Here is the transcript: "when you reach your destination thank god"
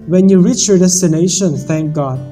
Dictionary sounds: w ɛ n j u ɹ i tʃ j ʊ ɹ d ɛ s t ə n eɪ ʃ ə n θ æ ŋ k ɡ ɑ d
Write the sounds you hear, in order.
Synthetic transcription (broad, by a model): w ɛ n j u ɹ i tʃ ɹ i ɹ d ɛ s t ə n eɪ ʃ ə n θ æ ŋ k ɡ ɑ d